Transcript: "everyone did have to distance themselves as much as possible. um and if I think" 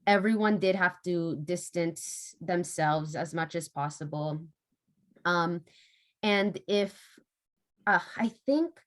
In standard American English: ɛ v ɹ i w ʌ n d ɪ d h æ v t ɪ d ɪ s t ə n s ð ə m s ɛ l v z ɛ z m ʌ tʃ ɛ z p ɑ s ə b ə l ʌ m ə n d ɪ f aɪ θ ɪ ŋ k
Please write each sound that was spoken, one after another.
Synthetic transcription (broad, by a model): ɛ v ɹ i w ʌ n d ɪ d h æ f t ɪ d ɪ s t ə n s ð ə m s ɛ l v z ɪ z m ʌ tʃ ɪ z p ɑ s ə b l ʌ m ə n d ɪ f aɪ θ ɪ ŋ k